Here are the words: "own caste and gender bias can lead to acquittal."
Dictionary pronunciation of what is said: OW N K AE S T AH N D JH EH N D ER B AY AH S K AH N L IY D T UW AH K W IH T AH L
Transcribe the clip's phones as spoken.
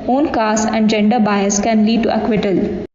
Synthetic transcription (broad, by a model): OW N K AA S AH N D JH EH N D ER B AY AH S K AH N L IY D T UW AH K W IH T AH L